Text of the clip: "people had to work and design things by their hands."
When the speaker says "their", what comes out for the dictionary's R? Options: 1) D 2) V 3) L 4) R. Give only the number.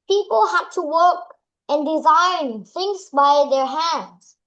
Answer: 4